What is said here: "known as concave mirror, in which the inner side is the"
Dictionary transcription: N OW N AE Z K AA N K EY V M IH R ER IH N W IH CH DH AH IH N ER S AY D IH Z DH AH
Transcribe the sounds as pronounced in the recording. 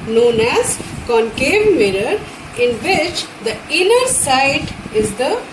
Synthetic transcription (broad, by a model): N OW N AE Z K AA N K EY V M IH R ER IH N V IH CH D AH IH N ER S AY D IH Z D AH